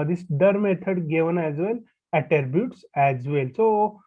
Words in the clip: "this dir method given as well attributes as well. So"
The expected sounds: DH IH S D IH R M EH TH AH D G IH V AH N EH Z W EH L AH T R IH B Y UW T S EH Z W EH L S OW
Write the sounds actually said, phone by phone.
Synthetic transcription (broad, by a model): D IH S D IH R M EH T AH D G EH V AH N EH Z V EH L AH T R B Y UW T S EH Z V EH L S OW